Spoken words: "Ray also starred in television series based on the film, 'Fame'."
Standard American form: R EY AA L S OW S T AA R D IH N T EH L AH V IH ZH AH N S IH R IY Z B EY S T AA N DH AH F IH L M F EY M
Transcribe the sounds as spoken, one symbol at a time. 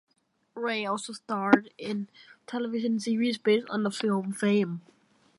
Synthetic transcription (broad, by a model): R EY AA L S OW S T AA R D IH N T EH L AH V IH SH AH N S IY R IY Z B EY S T N DH AH F IH L M F EY M